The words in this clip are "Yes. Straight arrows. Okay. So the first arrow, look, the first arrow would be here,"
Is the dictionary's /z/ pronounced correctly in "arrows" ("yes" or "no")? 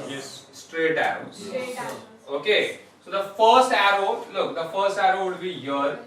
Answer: no